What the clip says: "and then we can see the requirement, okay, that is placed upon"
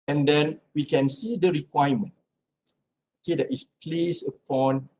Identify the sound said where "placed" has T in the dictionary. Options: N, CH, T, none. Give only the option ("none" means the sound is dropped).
none